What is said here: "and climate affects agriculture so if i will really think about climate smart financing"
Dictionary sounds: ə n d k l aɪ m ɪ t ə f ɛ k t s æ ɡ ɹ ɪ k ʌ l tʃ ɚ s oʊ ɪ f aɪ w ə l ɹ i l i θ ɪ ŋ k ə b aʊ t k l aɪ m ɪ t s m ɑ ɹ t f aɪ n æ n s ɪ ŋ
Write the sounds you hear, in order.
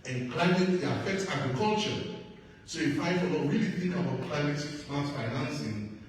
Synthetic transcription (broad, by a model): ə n k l aɪ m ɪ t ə f ɛ k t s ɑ ɡ ɹ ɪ k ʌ l tʃ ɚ s oʊ ɪ f aɪ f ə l w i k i θ ɪ ŋ k ə b aʊ t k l aɪ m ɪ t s ɑ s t f aɪ n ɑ n s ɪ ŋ